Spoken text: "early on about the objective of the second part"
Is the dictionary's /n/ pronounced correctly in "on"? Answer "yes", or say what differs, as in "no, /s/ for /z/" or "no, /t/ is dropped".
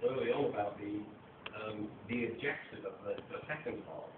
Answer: no, /l/ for /n/